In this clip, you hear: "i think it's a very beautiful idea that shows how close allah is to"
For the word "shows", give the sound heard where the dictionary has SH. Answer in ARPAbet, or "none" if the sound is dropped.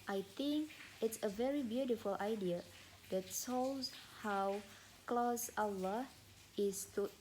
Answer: S